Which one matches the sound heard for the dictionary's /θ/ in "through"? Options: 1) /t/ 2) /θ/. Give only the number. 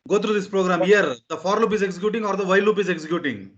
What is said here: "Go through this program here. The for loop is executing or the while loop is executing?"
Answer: 1